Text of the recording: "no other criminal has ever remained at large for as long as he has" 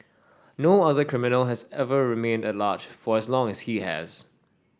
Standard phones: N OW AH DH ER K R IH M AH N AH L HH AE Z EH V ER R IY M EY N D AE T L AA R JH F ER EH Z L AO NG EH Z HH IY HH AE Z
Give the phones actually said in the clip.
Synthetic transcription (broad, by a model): N OW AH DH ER K R IH M AH N AH L HH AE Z EH V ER R IY M EY N D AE T L AA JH F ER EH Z L AO NG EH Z HH IY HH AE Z